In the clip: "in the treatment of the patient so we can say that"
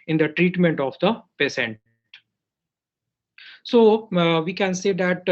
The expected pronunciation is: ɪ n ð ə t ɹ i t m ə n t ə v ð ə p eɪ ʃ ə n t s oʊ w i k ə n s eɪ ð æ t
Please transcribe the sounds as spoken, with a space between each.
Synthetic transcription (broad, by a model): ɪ n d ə t ɹ i t m ə n t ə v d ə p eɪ s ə n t s oʊ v i k ə n s eɪ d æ t